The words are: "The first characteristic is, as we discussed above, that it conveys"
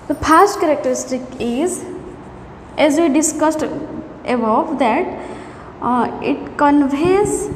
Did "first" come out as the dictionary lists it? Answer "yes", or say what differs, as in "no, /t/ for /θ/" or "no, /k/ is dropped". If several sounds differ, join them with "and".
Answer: no, /p/ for /f/